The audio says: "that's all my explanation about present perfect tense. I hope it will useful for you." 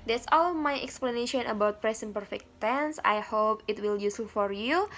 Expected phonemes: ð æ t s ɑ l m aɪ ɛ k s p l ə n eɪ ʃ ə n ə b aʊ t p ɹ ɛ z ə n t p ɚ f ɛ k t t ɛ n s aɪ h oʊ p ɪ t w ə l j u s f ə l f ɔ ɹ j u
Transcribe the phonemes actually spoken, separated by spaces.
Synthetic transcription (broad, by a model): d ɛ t s ɑ l m aɪ ɛ k s p l ə n eɪ ʃ ə n ə b aʊ t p ɹ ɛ s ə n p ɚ f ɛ k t t ɛ n s aɪ h oʊ p ɪ t w ə l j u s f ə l f ɔ ɹ j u